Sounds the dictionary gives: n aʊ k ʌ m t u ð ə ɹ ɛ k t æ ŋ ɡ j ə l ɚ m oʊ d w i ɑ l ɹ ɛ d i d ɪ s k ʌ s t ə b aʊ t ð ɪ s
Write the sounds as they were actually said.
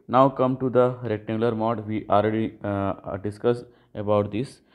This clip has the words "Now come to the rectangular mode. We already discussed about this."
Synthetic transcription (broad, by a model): n aʊ k ʌ m t u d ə ɹ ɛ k t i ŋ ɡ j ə l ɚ m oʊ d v i ɑ l ɹ ɛ d i d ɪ s k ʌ s ə b aʊ t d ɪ s